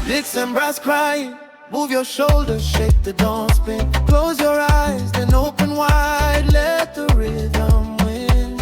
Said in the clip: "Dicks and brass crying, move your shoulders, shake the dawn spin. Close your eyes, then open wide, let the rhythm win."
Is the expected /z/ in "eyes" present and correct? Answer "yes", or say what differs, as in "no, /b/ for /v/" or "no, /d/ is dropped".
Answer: yes